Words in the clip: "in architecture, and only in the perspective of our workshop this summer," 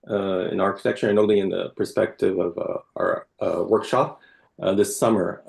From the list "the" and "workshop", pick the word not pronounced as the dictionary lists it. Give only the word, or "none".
none